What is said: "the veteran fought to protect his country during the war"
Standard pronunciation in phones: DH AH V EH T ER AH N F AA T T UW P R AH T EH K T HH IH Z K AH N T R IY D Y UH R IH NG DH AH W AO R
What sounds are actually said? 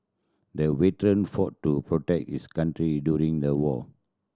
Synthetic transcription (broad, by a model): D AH W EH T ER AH N F AA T T UW P R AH T EH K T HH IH S K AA N T R IY D Y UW R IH NG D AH W AO